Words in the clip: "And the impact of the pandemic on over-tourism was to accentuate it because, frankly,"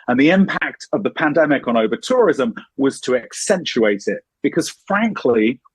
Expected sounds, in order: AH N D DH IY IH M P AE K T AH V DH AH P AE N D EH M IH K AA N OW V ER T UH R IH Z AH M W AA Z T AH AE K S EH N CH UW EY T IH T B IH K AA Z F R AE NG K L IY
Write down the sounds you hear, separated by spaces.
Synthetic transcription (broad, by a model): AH N DH IY IH M P AE K T AH V DH AH P AE N D EH M IH K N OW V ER T UH R IH Z AH M W AA Z T AH AE K S EH N CH UW EY T IH T B IH K AA Z F R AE NG K L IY